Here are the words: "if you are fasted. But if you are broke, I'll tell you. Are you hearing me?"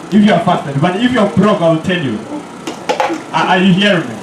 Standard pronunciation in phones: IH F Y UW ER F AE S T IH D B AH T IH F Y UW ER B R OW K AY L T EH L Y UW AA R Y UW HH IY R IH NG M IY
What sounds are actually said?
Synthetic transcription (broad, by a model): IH F Y UW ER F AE S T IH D B AH T IH F Y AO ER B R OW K AY L T EH L Y UW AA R Y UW HH IY R IH NG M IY